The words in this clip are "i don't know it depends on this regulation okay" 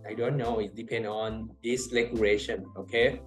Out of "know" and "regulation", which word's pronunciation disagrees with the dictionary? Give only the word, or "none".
regulation